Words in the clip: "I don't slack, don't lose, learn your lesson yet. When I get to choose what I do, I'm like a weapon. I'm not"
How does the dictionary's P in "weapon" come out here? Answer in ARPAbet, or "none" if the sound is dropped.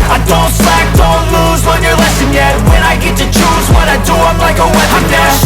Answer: none